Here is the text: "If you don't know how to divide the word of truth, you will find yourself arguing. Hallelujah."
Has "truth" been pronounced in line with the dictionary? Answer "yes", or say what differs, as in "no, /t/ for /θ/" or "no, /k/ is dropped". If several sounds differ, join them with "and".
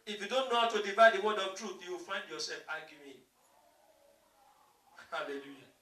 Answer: yes